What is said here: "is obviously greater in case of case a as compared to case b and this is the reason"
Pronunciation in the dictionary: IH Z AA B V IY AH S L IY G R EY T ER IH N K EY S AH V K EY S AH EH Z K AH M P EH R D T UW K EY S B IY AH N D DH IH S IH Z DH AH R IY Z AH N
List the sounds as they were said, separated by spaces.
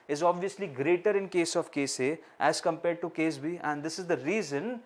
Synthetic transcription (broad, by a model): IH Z AA B V IY AH S L IY G R EY T ER IH N K EY S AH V K EY S AH EH Z K AH M P EH R D T UW K EY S B IY AH N D IH S IH Z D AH R IY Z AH N